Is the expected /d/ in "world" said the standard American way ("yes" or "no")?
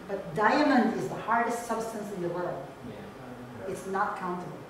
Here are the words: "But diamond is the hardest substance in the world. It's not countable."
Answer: no